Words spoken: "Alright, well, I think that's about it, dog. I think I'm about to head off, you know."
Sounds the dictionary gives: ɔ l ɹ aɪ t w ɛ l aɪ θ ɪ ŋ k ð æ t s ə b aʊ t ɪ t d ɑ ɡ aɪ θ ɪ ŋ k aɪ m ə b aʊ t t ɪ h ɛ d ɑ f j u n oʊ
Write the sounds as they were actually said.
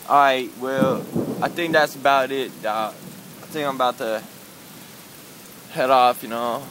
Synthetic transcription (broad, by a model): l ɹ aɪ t w ɛ l aɪ θ ɪ ŋ k ð æ t s ə b aʊ t ɪ t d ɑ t aɪ θ ɪ ŋ k aɪ m ə b aʊ t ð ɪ h ɛ d ɑ f j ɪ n oʊ